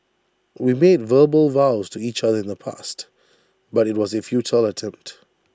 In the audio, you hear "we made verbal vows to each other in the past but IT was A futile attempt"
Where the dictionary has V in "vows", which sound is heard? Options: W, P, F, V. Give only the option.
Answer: V